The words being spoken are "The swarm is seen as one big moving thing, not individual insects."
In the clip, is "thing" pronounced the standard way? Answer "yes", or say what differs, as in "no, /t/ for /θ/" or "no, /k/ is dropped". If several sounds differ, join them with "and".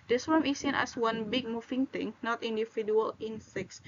no, /t/ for /θ/